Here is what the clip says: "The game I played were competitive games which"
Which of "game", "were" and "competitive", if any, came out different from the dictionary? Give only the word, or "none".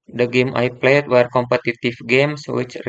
competitive